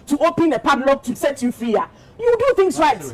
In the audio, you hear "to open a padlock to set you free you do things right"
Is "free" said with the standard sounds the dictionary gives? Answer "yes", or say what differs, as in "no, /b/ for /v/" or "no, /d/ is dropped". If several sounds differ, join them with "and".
no, /ɹ/ is dropped